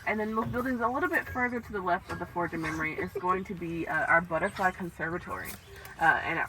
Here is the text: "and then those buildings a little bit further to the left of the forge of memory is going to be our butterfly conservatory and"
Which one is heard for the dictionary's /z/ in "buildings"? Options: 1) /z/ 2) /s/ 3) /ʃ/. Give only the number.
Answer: 1